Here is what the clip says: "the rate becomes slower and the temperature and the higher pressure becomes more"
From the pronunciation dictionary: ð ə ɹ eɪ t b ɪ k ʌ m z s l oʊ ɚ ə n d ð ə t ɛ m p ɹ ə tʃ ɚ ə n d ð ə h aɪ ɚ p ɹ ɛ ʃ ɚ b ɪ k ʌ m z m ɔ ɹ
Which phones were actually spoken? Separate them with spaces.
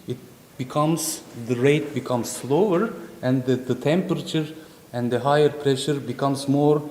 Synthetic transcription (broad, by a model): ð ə ɹ eɪ t b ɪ k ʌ m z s l oʊ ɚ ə n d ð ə t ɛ m p ɹ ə tʃ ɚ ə n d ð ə h aɪ ɚ p ɹ ɛ ʃ ɚ b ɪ k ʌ m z m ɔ ɹ